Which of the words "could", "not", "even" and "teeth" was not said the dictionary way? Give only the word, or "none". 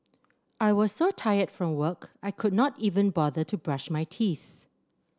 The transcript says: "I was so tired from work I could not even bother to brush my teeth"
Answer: none